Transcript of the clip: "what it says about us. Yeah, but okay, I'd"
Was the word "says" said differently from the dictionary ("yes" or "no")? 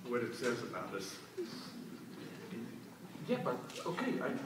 no